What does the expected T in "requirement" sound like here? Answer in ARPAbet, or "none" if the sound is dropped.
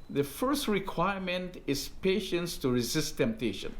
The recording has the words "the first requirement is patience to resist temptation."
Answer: T